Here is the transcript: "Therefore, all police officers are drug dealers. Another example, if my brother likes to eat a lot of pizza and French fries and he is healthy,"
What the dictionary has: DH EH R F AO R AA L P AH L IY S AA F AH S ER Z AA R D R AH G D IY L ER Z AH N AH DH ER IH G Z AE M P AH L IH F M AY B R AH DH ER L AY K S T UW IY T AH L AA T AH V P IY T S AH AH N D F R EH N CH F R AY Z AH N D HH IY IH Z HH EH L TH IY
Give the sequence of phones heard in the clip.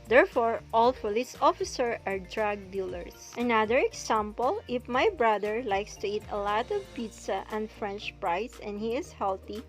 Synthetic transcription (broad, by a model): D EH R F AO R AA L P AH L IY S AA F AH S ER AA R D R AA G D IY L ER S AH N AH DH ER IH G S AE M P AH L IH F M AY B R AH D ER L AY K S T UW IY T AH L AA T AH V P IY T S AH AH N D F R EH N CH P R AY S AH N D HH IY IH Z HH EH L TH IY